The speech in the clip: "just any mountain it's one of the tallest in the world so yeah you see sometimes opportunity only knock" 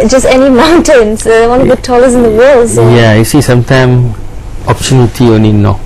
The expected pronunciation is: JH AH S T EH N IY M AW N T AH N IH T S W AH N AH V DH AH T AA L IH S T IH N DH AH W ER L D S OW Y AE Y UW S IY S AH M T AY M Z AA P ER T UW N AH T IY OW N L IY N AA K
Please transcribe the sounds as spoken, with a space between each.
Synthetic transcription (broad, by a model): JH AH S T EH N IY M AW N T AH N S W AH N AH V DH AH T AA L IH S IH N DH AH W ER L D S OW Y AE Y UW S IY S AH M T AY M AA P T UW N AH T IY OW N L IY N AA